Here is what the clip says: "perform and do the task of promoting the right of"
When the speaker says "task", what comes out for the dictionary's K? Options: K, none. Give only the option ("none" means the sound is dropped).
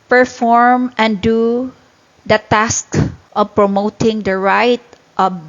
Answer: K